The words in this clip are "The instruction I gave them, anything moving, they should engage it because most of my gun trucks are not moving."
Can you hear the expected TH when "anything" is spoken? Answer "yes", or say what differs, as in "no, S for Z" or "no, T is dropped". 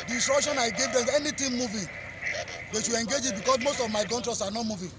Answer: no, T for TH